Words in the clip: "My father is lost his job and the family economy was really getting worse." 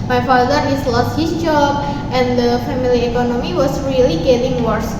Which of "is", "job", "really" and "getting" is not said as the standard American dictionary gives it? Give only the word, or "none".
is